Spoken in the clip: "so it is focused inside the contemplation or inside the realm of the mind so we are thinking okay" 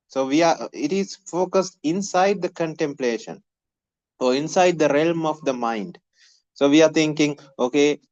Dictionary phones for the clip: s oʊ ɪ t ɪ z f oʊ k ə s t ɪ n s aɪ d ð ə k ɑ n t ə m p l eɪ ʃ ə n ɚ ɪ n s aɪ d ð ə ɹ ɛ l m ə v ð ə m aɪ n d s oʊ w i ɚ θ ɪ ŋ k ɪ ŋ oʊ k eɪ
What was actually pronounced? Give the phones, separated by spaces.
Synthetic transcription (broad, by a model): s oʊ ɪ t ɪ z f oʊ k ə s t ɪ n s aɪ d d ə k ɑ n t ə m p l eɪ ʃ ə n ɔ ɪ n s aɪ d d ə ɹ ɛ l m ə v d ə m aɪ n d s oʊ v i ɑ t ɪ ŋ k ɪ ŋ oʊ k eɪ